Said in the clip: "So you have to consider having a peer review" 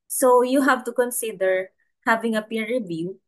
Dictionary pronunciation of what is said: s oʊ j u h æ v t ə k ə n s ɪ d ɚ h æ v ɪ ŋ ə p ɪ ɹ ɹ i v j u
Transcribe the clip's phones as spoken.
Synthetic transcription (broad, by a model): s oʊ j u h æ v t ə k ə n s ɪ d ɚ h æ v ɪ ŋ ə p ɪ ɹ ɹ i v j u